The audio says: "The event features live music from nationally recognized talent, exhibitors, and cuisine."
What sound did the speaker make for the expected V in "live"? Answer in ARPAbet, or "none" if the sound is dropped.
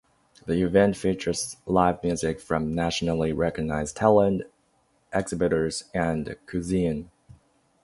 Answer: V